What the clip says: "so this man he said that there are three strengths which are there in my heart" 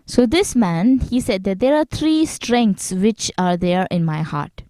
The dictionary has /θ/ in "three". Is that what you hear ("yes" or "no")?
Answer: no